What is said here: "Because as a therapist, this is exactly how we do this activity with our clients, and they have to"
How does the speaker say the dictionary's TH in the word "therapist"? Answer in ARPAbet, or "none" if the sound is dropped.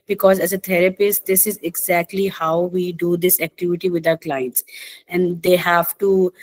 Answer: T